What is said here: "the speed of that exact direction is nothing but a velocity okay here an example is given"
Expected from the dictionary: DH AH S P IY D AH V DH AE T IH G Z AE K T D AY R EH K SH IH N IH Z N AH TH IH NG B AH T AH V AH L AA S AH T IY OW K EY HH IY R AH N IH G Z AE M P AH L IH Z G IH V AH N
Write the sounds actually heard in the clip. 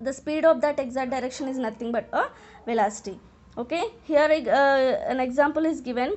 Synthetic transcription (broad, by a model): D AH S P IY D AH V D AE T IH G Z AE T D AY R EH K SH IH N IH Z N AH T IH NG B AH T AH V AH L AA S AH T IY OW K EY HH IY R AH N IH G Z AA M P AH L IH Z G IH V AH N